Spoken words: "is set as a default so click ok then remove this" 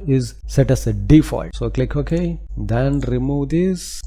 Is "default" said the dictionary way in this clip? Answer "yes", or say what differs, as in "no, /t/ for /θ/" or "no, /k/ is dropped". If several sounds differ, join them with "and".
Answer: yes